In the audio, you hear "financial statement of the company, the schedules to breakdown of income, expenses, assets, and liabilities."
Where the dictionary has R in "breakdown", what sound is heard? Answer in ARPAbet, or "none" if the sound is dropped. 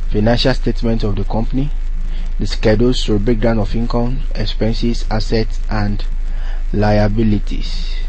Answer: none